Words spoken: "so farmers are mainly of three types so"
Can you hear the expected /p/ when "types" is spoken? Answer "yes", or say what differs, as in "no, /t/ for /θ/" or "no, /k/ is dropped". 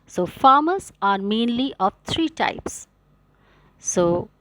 yes